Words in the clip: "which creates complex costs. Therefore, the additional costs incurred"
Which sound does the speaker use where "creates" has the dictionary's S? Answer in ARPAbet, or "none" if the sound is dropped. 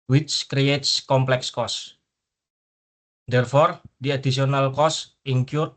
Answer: S